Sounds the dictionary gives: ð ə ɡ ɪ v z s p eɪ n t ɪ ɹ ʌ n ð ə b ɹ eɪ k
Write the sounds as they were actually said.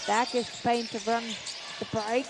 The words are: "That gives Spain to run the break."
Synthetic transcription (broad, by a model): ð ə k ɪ z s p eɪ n t ɪ ɹ ʌ n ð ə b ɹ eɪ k